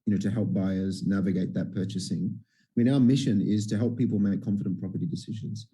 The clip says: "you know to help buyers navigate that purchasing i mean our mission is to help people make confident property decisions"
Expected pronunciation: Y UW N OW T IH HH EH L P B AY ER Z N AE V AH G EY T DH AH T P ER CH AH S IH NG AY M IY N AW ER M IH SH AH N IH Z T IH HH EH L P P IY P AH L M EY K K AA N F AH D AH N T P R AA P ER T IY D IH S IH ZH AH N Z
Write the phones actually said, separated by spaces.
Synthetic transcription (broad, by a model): Y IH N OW T IH HH EH L P B AY ER Z N AE V AH G EY T DH AH T P ER CH AH S IH NG AY M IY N AW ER M IH SH AH N IH Z T IH HH EH L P P IY P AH L M EY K K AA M F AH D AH N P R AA P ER T IY D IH S IH ZH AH N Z